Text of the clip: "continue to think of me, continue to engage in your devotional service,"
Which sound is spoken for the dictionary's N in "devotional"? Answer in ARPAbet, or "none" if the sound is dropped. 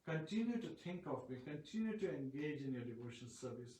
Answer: none